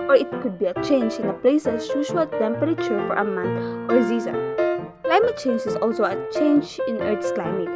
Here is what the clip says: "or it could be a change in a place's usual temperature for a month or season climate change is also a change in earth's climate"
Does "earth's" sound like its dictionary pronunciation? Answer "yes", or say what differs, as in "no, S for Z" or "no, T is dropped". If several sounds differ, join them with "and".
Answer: no, T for TH